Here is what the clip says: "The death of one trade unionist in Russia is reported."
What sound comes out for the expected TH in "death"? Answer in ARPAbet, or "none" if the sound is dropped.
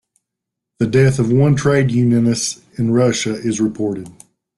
TH